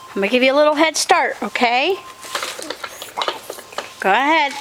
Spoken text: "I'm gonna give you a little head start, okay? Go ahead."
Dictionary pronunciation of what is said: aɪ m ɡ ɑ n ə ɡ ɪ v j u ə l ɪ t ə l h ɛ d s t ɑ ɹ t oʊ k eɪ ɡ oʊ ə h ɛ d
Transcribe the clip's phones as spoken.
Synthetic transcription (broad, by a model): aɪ m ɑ ə ɡ ɪ v j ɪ ə l ɪ t l h ɛ d s t ɑ ɹ t oʊ k eɪ ɡ oʊ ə h ɛ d